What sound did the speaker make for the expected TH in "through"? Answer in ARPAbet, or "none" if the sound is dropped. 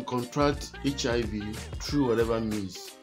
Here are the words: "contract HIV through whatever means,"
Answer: T